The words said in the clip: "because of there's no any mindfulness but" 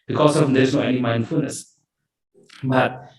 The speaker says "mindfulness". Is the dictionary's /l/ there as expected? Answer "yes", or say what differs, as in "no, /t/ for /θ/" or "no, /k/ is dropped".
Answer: yes